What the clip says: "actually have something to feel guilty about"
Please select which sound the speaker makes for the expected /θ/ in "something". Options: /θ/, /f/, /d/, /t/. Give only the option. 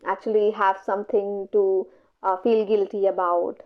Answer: /t/